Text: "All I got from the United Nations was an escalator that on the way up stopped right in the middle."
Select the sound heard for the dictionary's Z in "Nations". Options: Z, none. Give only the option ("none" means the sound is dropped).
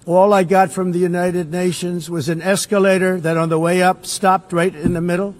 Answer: Z